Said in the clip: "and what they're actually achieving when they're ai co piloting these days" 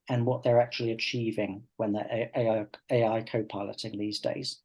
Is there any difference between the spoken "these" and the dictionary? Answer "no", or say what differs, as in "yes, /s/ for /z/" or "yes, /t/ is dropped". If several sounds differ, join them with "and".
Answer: no